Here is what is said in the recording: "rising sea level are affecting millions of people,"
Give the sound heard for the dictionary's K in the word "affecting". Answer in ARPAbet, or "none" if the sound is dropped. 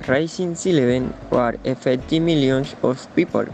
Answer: none